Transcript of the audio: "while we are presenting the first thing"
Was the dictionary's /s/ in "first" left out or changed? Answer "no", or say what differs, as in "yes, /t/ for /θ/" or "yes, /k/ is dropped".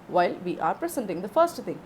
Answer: no